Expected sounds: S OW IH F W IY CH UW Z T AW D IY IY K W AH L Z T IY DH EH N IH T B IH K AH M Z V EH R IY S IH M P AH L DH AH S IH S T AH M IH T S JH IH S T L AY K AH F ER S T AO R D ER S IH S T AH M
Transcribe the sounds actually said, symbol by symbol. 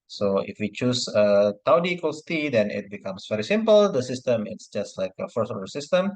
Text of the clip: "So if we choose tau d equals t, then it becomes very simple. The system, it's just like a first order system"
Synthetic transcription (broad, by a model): S OW IH F W IY CH UW S T AW D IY IY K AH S T IY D EH N IH T B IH K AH M S V EH R IY S IH M P AH L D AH S IH S T AH M IH T S JH IH S T L AY K AH F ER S AO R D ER S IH S T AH M